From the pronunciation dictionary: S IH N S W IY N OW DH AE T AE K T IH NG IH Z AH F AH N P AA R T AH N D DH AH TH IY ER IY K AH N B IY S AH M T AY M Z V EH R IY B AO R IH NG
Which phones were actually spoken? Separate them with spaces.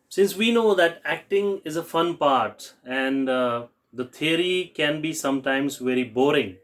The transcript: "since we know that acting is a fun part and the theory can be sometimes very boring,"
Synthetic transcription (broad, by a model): S IH N S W IY N OW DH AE T AE K T IH NG IH Z AH F AH N P AA R T AH N D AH T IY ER IY K AH N B IY S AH M T AY M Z V EH R IY B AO R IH NG